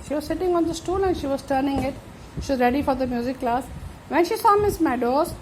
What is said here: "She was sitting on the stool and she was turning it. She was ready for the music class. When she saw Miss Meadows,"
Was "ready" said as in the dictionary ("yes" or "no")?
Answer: yes